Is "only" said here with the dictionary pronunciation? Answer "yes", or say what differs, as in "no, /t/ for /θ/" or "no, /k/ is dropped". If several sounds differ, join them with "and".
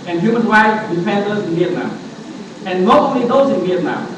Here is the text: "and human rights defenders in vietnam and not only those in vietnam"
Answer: no, /n/ is dropped